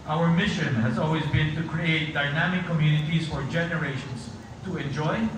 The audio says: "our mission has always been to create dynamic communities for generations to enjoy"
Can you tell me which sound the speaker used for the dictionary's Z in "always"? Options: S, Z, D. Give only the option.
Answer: Z